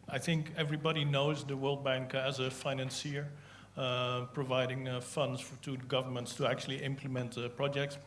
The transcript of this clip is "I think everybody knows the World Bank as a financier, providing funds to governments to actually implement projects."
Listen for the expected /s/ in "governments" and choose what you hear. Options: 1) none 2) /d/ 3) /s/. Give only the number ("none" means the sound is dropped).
3